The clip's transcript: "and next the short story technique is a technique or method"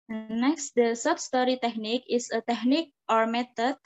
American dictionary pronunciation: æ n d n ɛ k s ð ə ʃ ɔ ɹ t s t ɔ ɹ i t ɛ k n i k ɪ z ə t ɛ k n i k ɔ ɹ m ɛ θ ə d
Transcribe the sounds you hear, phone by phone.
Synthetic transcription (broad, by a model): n n ɛ k s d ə s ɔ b s t ɔ ɹ i t ɛ k n i k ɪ s ə t ɛ k n i k ɔ ɹ m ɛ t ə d